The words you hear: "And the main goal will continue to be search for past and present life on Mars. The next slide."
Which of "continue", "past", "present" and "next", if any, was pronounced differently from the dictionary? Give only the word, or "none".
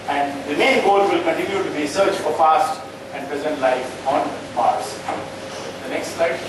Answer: past